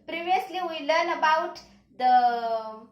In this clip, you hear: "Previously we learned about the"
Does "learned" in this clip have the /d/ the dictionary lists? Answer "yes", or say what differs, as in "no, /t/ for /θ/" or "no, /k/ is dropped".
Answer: no, /d/ is dropped